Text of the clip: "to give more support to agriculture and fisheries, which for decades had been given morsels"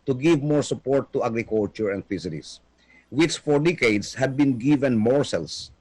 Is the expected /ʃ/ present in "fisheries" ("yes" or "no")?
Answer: no